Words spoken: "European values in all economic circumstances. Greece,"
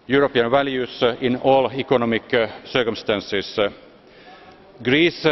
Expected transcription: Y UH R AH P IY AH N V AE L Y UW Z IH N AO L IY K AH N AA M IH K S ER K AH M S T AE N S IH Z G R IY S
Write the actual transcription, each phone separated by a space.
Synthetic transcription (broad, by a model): Y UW R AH P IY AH N V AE L Y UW S IH N AO L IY K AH N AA M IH K S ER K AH M S T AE N S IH S G R IY S